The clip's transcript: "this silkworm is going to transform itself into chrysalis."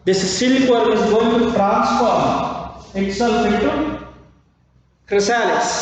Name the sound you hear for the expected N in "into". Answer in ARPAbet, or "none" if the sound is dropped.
none